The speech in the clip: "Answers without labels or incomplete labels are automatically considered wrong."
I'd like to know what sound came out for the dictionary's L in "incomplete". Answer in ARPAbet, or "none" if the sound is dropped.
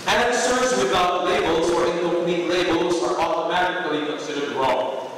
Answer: N